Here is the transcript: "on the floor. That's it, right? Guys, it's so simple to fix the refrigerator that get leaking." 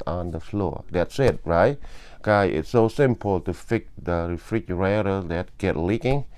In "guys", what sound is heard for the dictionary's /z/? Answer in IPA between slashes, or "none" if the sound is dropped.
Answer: none